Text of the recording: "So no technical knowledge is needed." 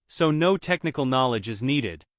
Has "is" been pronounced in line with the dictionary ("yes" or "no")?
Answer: yes